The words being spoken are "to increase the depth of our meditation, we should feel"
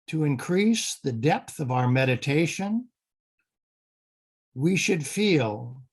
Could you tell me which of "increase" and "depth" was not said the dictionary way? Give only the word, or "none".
none